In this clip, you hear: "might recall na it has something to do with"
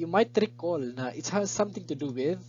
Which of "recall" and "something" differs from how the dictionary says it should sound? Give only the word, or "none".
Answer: something